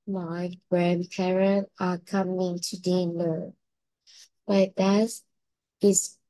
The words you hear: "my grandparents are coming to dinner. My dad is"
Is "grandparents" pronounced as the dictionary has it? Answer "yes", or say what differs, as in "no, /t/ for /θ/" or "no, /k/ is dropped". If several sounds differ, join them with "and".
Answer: no, /s/ is dropped